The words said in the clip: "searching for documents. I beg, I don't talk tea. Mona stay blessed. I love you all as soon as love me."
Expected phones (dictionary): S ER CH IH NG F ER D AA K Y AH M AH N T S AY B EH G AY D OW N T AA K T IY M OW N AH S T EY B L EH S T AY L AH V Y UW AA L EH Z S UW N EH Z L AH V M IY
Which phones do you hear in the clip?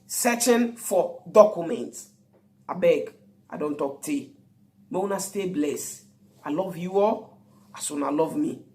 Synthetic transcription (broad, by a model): S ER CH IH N F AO D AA K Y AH M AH N T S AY B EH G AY D OW N T AA K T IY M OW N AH S T EY B L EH S AY L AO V Y UW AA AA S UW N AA L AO V M IY